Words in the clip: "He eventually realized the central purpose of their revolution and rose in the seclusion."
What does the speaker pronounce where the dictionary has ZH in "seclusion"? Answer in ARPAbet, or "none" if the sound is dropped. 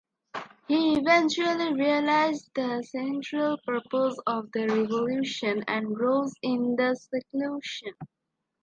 SH